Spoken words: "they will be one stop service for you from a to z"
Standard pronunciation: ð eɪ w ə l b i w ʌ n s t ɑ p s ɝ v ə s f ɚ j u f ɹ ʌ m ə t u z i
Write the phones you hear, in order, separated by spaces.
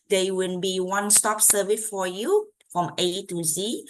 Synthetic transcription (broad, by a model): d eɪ w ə n b i w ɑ n s t ɑ p s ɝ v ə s f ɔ j u f ɹ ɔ m ə t u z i